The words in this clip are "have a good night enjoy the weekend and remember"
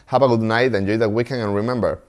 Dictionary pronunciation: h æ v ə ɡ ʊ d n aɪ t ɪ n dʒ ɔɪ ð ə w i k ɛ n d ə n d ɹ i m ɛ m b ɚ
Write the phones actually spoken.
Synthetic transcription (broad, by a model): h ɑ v ə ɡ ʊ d n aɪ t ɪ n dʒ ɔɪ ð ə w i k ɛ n ə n ɹ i m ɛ m b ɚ